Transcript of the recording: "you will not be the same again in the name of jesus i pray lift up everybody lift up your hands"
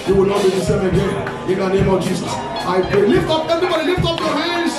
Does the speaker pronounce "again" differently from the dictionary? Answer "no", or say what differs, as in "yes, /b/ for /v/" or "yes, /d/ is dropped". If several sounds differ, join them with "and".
no